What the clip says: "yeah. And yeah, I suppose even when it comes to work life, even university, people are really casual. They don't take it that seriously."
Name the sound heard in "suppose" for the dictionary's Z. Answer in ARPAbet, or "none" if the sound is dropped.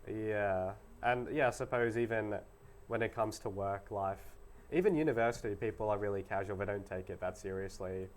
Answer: Z